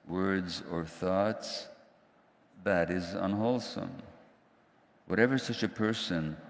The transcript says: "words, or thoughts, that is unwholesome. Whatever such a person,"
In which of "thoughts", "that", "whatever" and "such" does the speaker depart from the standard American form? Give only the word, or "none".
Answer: none